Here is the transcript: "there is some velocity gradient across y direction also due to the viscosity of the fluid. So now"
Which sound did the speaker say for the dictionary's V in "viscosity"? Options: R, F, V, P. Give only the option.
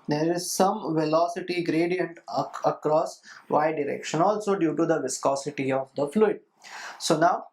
V